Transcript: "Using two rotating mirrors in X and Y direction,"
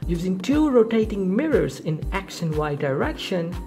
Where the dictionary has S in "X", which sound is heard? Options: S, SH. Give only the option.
SH